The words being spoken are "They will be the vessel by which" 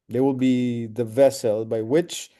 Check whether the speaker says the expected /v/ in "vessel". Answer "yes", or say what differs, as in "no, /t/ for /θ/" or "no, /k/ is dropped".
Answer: yes